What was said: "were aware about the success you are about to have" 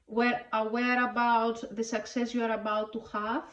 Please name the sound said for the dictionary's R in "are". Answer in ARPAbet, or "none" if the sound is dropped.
R